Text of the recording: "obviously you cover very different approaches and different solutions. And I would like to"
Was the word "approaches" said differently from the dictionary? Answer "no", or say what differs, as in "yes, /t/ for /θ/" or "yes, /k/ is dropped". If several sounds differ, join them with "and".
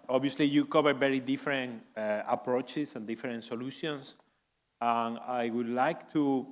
yes, /s/ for /z/